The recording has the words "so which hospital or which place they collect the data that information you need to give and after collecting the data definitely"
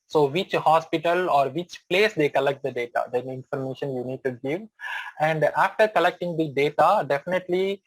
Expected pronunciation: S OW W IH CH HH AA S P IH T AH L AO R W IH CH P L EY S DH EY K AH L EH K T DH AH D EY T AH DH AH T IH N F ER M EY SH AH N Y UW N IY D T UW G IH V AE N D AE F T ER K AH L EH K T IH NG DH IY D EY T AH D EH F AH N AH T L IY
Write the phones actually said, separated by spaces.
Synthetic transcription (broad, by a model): S OW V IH CH HH AA S P IH T AH L AO R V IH CH P L EY S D EY K AH L EH K T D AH D EY T AH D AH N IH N F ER M EY SH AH N Y UW N IY D T UW G IH V AE N D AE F T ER K AH L EH K T IH NG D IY D EY T AH D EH F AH N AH T L IY